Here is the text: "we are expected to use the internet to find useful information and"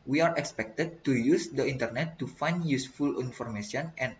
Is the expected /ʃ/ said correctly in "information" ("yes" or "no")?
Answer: no